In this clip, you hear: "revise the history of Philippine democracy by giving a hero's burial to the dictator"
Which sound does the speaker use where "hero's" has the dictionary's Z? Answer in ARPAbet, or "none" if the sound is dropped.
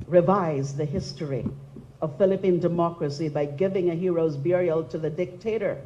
Z